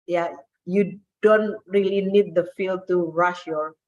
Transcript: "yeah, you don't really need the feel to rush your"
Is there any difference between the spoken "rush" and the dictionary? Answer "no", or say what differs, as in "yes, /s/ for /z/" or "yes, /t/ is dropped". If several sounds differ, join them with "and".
no